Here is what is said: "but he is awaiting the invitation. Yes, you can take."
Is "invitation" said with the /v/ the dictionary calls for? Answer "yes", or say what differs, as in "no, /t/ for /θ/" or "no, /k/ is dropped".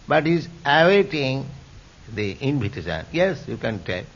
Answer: no, /p/ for /v/